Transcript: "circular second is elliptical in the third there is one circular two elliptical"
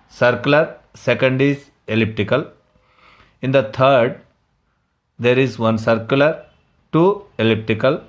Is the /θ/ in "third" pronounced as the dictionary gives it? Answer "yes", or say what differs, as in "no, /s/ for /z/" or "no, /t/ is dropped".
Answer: no, /t/ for /θ/